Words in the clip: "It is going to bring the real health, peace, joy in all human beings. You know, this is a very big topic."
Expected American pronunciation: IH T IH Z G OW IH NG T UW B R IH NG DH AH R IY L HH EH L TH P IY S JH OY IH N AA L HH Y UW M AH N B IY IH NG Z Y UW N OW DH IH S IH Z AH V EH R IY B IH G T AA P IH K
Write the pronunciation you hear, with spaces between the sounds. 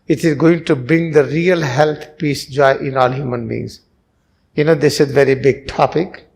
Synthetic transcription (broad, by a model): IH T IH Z G OW IH NG T UW B R IH NG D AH R IY L HH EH L T P IY S JH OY IH N AA L HH Y UW M AH N B IY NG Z Y UW N OW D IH S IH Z V EH R IY B IH G T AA P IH K